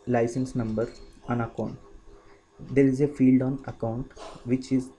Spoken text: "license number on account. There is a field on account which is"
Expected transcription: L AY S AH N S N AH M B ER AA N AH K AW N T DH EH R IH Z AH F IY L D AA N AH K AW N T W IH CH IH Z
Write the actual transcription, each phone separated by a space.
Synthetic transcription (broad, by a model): L AY S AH N S N AH M B ER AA N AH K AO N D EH R IH Z AH F IY L D AA N AH K AW N T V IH CH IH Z